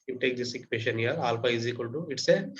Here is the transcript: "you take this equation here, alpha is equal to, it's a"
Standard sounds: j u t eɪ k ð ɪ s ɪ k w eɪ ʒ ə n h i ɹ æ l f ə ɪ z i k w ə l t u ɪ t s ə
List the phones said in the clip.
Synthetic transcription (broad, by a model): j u t eɪ k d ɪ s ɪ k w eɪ ʃ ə n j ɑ l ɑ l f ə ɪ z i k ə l t u ɪ t s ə